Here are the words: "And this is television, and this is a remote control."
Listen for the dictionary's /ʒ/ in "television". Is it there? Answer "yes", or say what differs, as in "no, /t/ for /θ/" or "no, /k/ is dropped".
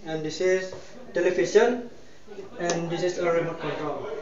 no, /ʃ/ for /ʒ/